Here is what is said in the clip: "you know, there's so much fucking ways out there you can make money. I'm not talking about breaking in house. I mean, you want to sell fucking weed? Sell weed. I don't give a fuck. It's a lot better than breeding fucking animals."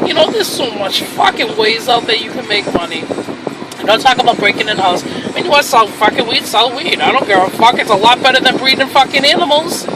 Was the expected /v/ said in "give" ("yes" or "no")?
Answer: no